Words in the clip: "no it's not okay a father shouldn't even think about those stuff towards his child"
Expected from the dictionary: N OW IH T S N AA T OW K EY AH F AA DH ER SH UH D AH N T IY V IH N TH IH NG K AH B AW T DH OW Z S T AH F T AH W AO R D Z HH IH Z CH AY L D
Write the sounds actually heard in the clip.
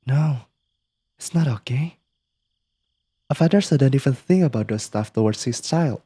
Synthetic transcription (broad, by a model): N OW IH T S N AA T OW K EY AH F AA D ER S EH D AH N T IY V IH N TH IH NG K AH B AW T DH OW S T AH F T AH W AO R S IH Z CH AY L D